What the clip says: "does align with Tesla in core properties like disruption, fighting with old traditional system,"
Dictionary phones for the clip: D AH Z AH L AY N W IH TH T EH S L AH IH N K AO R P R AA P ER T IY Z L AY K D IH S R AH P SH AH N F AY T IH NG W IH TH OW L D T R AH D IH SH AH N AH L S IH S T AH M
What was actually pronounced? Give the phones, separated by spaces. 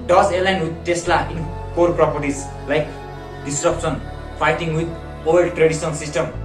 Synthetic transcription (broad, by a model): D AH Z AH L AY N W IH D T EH S L AH IH N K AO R P R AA P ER T IY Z L AY K D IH S R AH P S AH N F AY T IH NG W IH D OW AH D T R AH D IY S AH N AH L S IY S T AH M